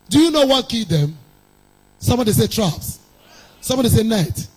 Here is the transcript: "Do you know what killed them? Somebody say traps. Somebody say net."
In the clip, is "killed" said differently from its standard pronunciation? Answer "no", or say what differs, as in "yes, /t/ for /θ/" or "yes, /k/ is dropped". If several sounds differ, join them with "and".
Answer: yes, /l/ is dropped